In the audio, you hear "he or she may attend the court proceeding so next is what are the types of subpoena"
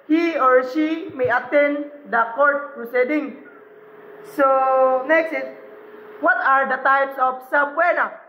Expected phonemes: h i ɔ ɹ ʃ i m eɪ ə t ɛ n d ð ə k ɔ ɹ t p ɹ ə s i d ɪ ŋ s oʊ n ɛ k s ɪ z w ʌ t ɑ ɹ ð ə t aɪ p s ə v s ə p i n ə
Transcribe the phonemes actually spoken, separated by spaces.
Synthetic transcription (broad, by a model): h i ɔ ɹ ʃ i m eɪ ə t ɛ n d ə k ɔ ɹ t p ɹ ə s i d ɪ ŋ s oʊ n ɛ k s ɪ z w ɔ t ɑ ɹ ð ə t aɪ p s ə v s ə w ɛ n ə